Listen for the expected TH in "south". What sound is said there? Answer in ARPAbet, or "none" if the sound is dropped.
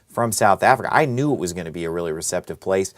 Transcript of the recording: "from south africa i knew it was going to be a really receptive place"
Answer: TH